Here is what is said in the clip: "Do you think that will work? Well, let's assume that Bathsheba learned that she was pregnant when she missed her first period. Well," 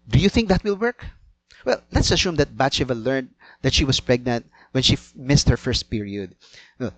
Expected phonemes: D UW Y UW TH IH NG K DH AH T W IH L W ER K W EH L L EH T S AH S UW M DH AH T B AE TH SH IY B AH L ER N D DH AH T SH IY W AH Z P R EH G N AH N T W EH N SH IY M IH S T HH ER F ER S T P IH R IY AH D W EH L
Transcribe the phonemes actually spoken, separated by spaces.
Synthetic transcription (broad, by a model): D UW Y UW TH IH NG K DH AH T W IH L W ER K W EH L L EH T S AH S UW M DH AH T B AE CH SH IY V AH L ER N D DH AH T SH IY W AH S P R EH G N AH N T W EH N SH IY M IH S T HH ER F ER S T P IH R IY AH D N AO